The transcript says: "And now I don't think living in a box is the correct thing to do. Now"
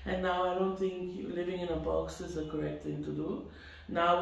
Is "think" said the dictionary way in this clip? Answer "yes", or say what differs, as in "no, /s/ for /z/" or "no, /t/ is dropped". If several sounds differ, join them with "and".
no, /t/ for /θ/